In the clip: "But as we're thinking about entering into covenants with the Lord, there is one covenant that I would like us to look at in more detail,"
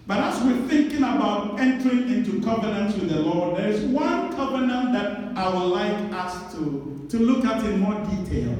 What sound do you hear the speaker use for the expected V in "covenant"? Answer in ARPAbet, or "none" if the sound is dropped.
V